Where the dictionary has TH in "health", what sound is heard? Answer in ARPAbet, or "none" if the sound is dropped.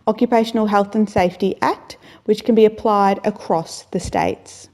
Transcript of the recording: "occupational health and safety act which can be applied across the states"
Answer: TH